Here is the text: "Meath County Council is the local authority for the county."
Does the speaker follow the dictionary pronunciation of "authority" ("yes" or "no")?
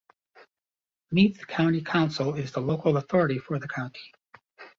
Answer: yes